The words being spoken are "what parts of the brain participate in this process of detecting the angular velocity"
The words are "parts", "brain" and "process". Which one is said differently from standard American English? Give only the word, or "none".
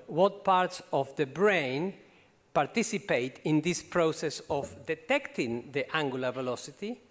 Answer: none